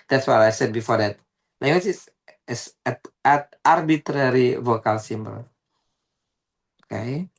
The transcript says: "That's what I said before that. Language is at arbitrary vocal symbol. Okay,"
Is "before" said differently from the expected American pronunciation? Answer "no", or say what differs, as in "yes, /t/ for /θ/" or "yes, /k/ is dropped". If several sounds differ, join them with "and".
no